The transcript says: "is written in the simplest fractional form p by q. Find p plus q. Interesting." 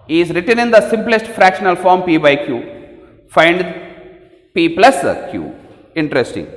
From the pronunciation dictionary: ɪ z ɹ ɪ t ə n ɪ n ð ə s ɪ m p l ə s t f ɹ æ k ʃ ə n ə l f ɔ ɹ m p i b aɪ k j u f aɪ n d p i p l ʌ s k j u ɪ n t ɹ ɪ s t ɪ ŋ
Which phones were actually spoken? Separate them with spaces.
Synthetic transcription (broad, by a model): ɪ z ɹ ɪ t ə n ɪ n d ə s ɪ m p l ə s t f ɹ æ k ʃ ə n ə l f ɔ ɹ m p i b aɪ k j u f aɪ n d p i p l ʌ s k j u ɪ n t ɹ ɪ s t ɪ ŋ